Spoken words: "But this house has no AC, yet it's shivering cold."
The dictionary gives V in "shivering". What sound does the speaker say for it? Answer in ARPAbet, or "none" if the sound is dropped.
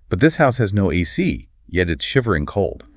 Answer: V